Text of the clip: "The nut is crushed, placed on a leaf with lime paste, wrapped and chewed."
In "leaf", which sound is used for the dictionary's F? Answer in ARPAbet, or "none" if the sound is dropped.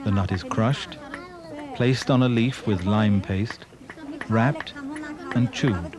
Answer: F